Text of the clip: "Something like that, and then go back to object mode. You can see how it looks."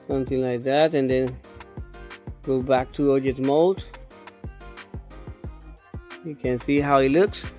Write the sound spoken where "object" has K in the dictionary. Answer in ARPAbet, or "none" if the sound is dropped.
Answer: none